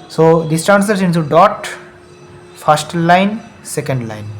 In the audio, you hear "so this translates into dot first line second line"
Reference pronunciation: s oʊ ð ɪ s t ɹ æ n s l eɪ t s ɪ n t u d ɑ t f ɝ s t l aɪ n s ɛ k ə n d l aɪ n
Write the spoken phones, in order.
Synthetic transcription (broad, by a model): s oʊ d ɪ s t ɑ n s ʌ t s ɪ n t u d ɑ t f ɝ s t l aɪ n s ɛ k ə n d l aɪ n